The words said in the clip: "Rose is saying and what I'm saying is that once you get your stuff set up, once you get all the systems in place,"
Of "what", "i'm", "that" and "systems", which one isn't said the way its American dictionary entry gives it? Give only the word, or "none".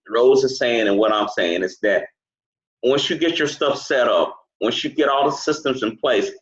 none